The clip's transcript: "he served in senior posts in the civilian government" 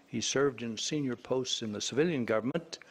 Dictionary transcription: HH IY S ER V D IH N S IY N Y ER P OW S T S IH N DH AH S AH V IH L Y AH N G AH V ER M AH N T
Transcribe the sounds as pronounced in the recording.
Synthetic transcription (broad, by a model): HH IY S ER V D IH N S IY N Y ER P OW S T S IH N DH AH S AH V IH L Y AH N G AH V ER M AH N T